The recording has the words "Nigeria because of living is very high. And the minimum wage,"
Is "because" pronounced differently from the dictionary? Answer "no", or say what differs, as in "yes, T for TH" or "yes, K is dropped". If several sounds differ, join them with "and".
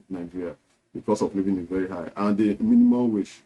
yes, S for Z